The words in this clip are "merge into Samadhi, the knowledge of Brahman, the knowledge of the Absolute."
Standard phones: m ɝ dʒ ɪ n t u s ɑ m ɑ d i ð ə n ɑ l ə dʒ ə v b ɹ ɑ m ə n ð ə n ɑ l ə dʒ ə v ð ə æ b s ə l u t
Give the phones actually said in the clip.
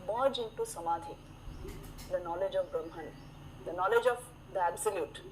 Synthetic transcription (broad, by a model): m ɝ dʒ ɪ n t u s ɑ m ɑ d i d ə n ɑ l ə dʒ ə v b ɹ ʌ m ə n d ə n ɑ l ə dʒ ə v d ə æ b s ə l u t